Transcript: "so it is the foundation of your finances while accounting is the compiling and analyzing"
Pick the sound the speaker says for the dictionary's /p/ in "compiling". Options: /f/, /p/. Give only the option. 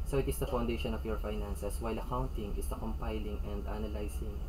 /p/